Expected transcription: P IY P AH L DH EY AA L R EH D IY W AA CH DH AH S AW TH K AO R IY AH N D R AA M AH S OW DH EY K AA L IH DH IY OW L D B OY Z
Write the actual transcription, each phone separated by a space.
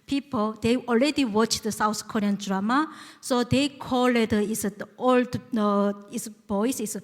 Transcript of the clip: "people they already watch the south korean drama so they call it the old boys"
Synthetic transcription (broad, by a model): P IY P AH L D EY AA L R EH D IY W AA CH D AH S AW T K AO R IY AH N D R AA M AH S OW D EY K AA L IH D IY OW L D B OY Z